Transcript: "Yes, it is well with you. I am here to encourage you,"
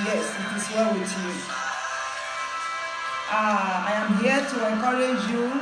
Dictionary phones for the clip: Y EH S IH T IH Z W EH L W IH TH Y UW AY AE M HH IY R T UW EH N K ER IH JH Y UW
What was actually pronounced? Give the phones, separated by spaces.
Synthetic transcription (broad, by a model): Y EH S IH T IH S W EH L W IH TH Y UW AY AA M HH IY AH T UW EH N K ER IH JH Y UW